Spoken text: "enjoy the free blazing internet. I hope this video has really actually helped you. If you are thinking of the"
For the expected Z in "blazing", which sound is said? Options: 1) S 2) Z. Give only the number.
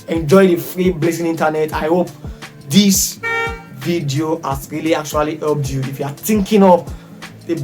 1